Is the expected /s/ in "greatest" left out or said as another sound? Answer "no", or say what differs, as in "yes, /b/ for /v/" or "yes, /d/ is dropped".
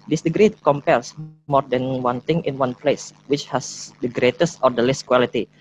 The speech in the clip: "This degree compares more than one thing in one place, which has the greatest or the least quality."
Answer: no